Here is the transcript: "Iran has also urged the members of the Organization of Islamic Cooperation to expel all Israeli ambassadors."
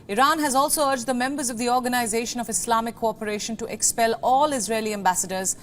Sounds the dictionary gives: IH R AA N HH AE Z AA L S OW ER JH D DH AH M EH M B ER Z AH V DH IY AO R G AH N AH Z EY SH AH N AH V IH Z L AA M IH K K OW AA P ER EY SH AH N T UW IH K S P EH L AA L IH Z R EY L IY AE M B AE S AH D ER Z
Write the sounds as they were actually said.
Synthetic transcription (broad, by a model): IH R AA N HH AE Z AA L S OW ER JH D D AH M EH M B ER Z AH V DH IY AO R G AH N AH Z EY SH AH N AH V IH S L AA M IH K K OW AA P ER EY SH AH N T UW IH K S P EH L AA L IH Z R EY L IY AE M B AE S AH D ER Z